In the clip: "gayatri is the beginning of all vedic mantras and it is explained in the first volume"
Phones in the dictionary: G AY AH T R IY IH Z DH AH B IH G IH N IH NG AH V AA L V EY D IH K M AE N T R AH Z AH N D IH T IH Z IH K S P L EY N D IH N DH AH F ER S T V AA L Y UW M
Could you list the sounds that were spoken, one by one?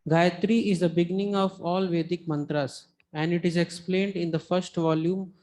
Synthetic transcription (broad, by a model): G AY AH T R IY IH Z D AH B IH G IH N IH NG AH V AA L V EY D IH K M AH N T R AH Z AH N D IH T IH Z IH K S P L EY N D IH N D AH F ER S T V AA L Y UW M